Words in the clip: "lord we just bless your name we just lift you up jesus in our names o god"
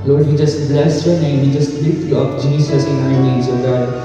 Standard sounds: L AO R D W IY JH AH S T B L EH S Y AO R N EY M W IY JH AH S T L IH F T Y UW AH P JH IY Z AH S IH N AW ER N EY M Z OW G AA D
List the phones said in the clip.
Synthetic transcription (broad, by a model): L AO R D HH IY JH AH S T B L EH S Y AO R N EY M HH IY JH AH S T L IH T Y UW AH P JH IY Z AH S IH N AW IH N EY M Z OW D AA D